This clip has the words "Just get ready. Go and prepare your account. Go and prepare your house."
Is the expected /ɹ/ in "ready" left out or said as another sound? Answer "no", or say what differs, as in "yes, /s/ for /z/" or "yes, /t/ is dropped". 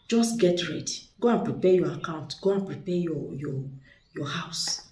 no